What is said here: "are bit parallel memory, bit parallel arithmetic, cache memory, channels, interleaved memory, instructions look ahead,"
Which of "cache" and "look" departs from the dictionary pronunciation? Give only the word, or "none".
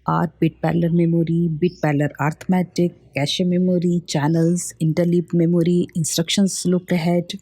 none